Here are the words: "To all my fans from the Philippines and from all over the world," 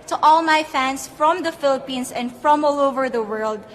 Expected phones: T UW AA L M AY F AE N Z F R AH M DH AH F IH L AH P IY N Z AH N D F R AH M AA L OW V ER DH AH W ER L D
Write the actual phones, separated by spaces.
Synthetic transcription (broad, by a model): T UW AA L M AY F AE N S F R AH M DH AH F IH L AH P IY N S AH N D F R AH M AA L OW V ER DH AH W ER L D